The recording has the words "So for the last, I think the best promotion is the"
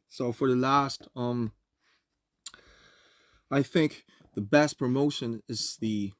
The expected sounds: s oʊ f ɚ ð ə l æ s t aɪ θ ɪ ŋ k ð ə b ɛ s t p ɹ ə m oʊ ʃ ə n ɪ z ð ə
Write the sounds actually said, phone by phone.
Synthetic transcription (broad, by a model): s oʊ f ɚ ð ə l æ s t aɪ θ ɪ ŋ k ð ə b ɛ s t p ɹ ə m oʊ ʃ ə n ɪ z ð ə